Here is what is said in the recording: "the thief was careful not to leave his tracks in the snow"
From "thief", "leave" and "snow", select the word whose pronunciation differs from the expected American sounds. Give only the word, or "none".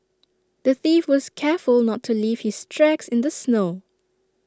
none